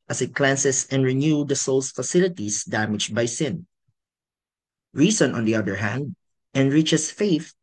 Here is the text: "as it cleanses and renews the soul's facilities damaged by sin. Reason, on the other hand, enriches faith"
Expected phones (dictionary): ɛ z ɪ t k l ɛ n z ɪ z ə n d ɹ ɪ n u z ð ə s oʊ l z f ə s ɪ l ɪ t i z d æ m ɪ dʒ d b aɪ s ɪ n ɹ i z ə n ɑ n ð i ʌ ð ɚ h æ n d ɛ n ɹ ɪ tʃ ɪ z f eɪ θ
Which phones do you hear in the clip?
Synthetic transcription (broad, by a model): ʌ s ɪ t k l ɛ n s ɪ s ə n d ɹ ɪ n u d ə s oʊ l s f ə s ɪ l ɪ t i s d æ m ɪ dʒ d b aɪ s ɪ n ɹ i s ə n ɑ n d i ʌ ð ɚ h æ n d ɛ n ɹ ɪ tʃ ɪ s f eɪ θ